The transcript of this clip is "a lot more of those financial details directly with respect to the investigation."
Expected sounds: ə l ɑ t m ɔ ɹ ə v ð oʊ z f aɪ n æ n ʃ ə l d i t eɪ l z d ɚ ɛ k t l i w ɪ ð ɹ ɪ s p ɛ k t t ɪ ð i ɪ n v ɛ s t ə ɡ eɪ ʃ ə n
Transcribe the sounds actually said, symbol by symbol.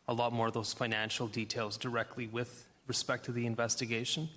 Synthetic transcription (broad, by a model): ə l ɑ t m ɔ ɹ ə v ð oʊ z f aɪ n æ n ʃ l d i t eɪ l z d ɚ ɛ k t l i w ɪ ð ɹ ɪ s p ɛ k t t ɪ ð i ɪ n v ɛ s t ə ɡ eɪ ʃ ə n